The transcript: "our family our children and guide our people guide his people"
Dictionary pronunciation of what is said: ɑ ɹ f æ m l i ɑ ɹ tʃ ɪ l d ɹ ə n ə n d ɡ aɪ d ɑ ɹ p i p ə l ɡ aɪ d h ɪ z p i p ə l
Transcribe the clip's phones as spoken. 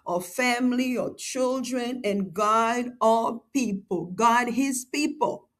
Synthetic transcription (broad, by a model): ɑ f æ m l i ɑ tʃ ɪ l d ɹ ə n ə n ɡ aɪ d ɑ p i p ə l ɡ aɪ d h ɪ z p i p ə l